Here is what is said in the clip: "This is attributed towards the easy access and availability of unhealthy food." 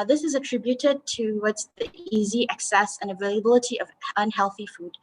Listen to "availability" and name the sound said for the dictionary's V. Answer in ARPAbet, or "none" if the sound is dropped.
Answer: V